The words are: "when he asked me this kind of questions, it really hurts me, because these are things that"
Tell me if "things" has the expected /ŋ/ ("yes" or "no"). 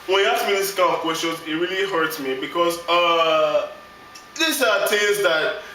no